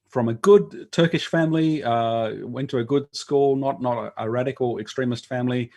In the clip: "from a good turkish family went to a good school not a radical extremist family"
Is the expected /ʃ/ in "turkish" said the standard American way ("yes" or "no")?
yes